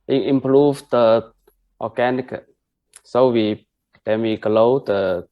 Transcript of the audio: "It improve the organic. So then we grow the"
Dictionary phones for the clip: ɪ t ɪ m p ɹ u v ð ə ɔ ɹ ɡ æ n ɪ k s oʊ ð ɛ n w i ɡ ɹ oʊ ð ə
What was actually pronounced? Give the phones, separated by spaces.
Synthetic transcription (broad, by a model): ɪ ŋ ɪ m p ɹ u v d ə ɔ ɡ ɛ n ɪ k s oʊ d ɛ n w i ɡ l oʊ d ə